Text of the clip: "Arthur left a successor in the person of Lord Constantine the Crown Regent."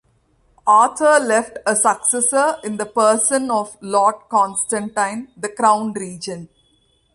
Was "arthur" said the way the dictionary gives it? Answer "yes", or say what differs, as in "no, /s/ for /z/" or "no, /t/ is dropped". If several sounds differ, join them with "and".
no, /t/ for /θ/